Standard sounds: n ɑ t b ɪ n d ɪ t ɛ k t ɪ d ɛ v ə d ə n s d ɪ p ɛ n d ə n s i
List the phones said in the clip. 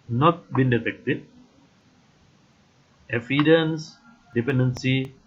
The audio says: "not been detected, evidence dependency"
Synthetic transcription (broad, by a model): n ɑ t b ɪ n d ɪ t ɛ k t ɪ d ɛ f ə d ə n s d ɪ p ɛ n d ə n s i